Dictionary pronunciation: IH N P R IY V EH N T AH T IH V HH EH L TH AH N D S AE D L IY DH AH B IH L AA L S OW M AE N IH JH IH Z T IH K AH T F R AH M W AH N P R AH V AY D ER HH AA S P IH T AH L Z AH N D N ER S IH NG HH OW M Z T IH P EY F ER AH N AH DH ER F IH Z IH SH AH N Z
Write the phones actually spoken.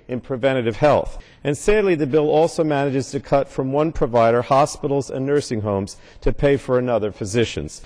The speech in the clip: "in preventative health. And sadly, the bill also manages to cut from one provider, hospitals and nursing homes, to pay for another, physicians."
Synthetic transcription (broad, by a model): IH N P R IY V EH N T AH T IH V HH EH L TH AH N S AE D L IY DH AH B IH L AA L S OW M AE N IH JH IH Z T IH K AH T F R AH M W AH N P R AH V AY D ER HH AA S P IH T L Z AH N N ER S IH NG HH OW M Z T IH P EY F ER AH N AH DH ER F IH Z IH SH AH N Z